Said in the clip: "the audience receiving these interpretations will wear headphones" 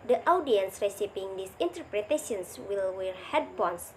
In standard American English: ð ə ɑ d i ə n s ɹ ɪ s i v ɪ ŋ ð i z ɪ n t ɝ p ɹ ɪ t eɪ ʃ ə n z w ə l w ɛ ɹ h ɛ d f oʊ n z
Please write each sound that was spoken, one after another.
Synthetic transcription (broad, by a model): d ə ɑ d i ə n s ɹ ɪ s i p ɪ ŋ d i s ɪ n t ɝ p ɹ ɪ t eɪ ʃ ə n s w ə l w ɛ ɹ h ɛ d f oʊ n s